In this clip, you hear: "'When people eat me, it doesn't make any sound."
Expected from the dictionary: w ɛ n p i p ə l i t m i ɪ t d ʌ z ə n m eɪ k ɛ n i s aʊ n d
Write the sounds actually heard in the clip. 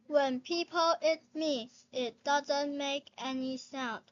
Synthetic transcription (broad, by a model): w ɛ n p i p ə l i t m i ɪ t d ʌ z ə n m eɪ k ɛ n i s aʊ n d